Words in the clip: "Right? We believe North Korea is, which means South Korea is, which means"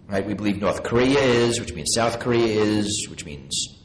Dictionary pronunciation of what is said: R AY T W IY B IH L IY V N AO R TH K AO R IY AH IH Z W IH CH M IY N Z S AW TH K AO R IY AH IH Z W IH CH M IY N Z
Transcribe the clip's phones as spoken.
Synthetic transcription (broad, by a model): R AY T W IY B IH L IY V N AO R TH K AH R IY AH IH Z W IH CH M IY N Z S AW TH K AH R IY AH IH Z W IH CH M IY N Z